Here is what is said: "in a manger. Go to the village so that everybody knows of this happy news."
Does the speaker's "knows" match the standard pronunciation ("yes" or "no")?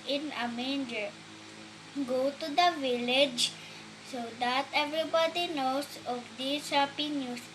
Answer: no